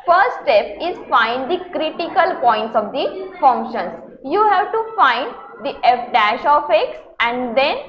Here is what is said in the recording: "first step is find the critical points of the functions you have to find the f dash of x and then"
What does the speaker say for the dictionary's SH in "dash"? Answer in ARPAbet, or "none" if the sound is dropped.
SH